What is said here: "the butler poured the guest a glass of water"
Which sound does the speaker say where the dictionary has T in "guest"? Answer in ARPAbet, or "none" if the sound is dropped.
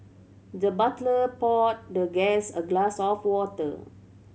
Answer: none